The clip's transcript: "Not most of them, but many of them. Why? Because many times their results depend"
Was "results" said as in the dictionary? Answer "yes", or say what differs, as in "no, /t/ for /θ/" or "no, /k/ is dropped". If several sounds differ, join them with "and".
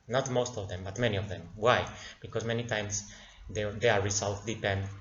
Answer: no, /s/ is dropped